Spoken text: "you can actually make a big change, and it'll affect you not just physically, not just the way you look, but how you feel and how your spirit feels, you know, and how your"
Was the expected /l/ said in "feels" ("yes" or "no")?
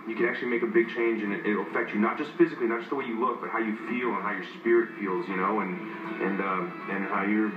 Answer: yes